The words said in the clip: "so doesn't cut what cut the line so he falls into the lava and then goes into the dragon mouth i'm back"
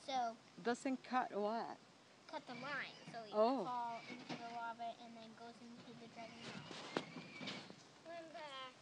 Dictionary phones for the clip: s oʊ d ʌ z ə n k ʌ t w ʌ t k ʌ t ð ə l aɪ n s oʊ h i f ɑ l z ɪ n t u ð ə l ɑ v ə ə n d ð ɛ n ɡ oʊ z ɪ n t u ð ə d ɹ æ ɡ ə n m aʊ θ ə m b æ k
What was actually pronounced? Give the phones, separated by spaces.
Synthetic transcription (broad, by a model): s oʊ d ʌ s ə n k ʌ t w ʌ t k ʌ t ð ə l aɪ n s oʊ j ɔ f ɑ l ɪ n t u ð ə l ɑ b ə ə n ð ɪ n ɡ oʊ z ɪ n t u ð ə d ɹ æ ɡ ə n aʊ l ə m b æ